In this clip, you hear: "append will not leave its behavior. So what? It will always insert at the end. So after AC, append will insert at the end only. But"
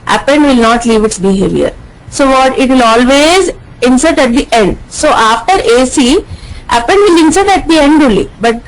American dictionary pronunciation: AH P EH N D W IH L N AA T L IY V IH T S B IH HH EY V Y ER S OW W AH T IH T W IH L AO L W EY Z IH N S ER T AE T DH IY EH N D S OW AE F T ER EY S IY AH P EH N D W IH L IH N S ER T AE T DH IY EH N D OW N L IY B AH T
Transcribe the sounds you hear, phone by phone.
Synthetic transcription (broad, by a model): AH P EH N D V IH L N AA T L IY V IH T S B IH HH EY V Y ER S OW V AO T IH T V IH L AO L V EY Z IH N S ER T AE T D IY EH N D S OW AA F T ER EY S IY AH P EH N D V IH L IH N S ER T AE T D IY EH N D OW L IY B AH T